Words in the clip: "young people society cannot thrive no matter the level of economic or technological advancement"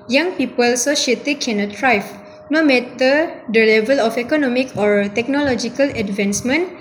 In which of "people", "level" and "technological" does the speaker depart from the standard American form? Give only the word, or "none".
none